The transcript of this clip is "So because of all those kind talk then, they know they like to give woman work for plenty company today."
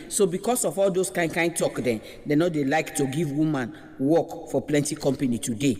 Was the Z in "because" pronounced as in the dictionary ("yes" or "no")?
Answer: no